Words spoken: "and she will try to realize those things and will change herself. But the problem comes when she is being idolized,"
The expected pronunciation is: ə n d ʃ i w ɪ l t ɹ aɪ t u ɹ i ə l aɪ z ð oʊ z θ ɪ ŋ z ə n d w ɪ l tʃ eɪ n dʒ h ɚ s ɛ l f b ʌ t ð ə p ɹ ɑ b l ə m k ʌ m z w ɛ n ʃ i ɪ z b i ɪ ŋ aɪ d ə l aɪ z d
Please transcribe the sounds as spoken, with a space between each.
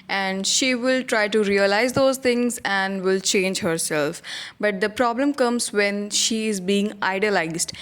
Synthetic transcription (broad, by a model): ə n d ʃ i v ɪ l t ɹ aɪ t u ɹ i ə l aɪ z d oʊ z t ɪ ŋ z ə n d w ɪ l tʃ eɪ n dʒ h ɚ s ɛ l f b ʌ t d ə p ɹ ɑ b l ə m k ʌ m z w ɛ n ʃ i ɪ z b i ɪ ŋ aɪ d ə l aɪ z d